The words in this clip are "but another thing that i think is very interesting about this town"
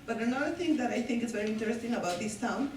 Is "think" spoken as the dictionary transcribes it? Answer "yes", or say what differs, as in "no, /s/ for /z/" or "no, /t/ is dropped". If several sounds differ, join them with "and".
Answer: no, /t/ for /θ/